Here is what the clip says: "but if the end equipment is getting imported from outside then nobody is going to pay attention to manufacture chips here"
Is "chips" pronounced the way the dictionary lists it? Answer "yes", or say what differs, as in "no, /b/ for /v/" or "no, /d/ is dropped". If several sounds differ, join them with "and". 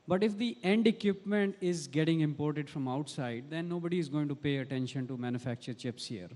yes